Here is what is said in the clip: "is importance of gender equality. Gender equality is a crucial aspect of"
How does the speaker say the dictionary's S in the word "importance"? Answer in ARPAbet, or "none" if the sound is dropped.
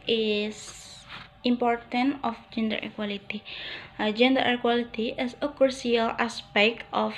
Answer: none